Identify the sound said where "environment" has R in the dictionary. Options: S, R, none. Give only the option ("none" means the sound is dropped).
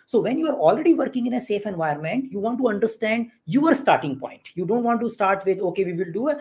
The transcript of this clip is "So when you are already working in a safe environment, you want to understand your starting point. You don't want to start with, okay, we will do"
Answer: none